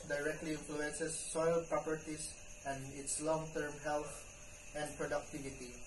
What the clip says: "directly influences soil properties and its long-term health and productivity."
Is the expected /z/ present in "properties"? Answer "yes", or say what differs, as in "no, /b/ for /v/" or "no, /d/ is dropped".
no, /s/ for /z/